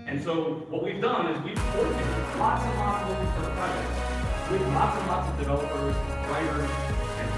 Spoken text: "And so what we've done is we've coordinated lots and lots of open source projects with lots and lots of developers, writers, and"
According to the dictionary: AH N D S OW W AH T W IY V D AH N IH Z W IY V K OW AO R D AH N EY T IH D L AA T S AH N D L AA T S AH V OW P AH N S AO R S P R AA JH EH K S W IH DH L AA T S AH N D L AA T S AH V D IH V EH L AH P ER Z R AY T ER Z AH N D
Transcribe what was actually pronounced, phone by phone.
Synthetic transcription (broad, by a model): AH N S OW W AH T W IY V D AH N IH Z W IY V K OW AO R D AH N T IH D L AA T S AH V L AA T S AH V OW AH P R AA EH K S W IH DH L AA T S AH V L AA T S AH V D IH V EH L AH P ER Z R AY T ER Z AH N